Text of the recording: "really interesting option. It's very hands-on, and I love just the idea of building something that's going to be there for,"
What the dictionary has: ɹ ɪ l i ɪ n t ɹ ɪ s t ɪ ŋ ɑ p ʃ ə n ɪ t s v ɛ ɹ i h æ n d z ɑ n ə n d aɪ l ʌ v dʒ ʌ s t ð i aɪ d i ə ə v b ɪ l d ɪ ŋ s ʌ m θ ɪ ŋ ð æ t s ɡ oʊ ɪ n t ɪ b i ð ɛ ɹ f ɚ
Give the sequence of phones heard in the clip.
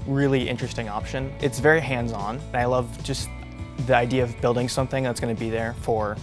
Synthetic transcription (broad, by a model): ɹ ɪ l i ɪ n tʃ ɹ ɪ s t ɪ ŋ ɑ p ʃ ə n ɪ t s v ɛ ɹ i h æ n d z n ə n aɪ l ʌ v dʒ ʌ s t ð i aɪ d i ə ə v b ɪ l d ɪ ŋ s ʌ m θ ɪ ŋ ð æ t s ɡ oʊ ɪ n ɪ b i ð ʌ ɹ f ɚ